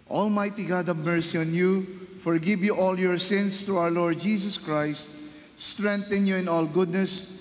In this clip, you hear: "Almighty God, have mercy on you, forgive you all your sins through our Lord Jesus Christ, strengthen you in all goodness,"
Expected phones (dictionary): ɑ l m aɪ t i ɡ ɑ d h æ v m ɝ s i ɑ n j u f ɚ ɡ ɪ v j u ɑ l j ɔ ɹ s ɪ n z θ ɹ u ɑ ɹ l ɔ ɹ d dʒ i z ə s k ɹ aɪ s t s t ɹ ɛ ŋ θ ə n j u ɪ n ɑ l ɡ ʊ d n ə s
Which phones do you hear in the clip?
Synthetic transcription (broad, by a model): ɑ l m aɪ t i ɡ ɑ d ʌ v m ɝ s i ɑ n j u f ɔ ɡ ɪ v j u ɑ l j ɔ ɹ s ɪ n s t ɹ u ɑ w l ɔ ɹ d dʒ i s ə s k ɹ aɪ s t s t ɹ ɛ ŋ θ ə n j u ɪ n ɑ l ɡ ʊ d n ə s